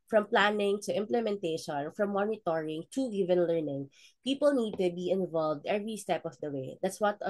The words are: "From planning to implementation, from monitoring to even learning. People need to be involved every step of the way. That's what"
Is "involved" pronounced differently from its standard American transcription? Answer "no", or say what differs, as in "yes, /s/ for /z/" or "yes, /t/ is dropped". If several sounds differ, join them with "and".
no